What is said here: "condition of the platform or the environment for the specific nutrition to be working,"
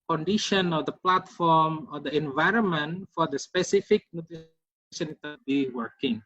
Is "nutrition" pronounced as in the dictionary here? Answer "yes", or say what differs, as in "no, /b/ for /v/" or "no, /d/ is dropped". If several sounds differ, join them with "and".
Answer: no, /ɹ/ is dropped